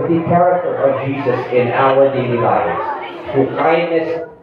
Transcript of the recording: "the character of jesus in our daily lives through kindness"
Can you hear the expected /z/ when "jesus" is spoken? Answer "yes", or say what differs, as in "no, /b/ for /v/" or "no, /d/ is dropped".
yes